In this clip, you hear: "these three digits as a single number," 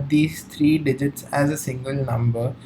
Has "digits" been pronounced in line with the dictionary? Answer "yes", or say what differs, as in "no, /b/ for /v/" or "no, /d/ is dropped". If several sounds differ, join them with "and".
yes